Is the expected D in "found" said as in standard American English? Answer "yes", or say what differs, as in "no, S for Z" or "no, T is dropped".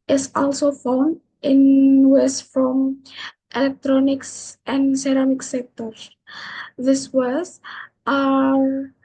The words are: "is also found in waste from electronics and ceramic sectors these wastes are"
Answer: yes